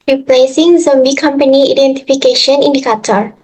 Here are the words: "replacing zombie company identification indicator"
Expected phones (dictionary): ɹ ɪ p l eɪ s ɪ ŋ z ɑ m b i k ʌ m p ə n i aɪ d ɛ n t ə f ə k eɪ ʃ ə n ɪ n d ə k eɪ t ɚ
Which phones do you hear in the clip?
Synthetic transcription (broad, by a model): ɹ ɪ p l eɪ s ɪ ŋ z ɑ m b i k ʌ m p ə n i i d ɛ n t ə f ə k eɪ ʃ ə n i n d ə k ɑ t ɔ